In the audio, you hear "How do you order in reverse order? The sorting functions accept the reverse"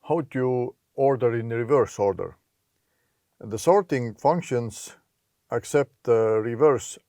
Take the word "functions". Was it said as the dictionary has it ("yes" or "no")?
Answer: no